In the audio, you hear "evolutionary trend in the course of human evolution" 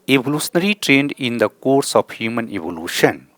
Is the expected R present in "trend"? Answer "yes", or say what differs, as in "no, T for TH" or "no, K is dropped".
yes